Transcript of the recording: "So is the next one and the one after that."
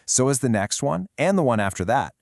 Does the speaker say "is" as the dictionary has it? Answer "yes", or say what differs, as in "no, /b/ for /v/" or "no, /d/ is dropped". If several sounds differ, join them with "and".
yes